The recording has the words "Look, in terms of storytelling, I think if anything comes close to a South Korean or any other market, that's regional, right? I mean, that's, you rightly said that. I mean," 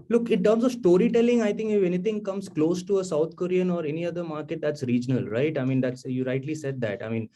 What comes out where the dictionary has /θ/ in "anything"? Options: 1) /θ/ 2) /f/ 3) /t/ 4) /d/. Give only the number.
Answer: 3